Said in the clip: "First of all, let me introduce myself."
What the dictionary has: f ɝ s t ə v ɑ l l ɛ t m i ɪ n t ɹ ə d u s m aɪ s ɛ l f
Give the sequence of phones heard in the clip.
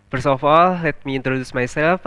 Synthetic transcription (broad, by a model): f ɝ s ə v ɑ l l ɛ t m i ɪ n t ɹ ə d u s m aɪ s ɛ l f